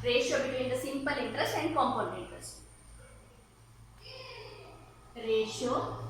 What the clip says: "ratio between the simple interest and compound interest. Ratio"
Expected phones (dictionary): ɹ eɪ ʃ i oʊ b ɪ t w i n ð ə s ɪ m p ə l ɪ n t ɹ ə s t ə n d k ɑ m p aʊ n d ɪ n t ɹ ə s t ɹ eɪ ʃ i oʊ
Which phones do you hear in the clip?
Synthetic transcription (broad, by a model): ɹ eɪ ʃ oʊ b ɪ t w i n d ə s ɪ m p ə l ɪ n t ɹ ə s t ə n d k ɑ m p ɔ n ɪ n t ɹ ə s t ɹ eɪ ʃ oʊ